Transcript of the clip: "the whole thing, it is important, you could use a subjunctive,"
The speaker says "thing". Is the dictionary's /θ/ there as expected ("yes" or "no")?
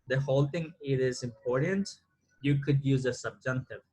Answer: no